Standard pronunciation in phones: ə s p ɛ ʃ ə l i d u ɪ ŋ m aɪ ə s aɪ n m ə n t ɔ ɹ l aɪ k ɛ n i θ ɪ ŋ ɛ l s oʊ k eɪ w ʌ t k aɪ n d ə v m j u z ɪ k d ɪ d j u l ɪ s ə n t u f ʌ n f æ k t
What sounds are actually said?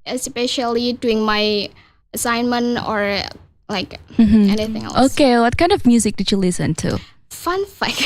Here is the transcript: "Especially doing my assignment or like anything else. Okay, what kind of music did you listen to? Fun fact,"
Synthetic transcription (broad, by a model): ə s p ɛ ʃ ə l i d u ɪ ŋ m aɪ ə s aɪ n m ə n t ɔ ɹ l aɪ k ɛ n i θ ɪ ŋ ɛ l oʊ k eɪ w ʌ t k aɪ n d ə v m j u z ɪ k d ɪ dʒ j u l ɪ s ə n t u f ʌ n f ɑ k